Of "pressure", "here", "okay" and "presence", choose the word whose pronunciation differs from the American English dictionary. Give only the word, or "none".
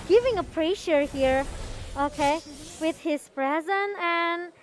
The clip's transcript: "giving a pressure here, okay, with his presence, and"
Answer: presence